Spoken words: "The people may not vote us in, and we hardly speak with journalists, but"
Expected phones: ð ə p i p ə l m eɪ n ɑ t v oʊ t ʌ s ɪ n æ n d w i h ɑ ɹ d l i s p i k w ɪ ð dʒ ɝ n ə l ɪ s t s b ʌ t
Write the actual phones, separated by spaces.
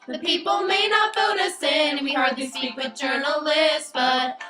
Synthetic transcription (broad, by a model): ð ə p i p l m eɪ n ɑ t f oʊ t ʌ s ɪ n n w i h ɑ ɹ d l i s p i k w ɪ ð dʒ ɝ n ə l ɪ s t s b ʌ t